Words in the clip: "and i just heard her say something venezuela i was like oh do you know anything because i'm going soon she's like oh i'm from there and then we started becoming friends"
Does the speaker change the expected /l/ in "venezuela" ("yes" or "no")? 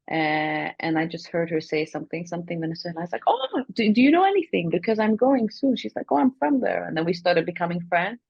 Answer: yes